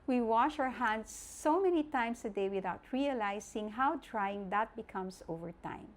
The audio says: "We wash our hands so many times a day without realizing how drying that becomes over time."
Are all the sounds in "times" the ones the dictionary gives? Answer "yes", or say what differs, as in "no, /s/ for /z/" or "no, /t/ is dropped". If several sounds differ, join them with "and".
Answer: no, /s/ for /z/